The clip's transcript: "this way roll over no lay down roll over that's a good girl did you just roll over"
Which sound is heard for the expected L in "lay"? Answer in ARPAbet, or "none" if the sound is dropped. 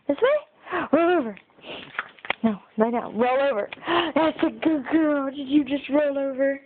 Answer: N